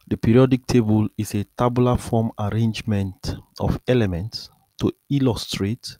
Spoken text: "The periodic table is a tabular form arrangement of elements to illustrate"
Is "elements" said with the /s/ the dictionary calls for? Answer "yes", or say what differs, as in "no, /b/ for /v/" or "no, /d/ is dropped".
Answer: yes